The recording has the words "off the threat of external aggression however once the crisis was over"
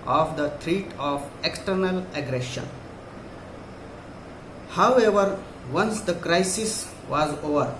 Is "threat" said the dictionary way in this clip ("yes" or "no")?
no